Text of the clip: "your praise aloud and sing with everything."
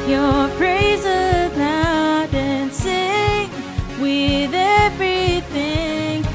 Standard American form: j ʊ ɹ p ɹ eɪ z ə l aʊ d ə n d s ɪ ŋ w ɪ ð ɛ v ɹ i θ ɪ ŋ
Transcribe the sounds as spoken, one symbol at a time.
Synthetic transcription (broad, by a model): j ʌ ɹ p ɹ eɪ z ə n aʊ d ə n s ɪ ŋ w ɪ ð ɛ v ɹ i θ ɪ ŋ